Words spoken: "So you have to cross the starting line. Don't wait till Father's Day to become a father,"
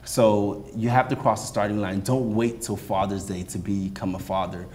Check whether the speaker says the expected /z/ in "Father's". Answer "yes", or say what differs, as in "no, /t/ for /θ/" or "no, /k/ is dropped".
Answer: yes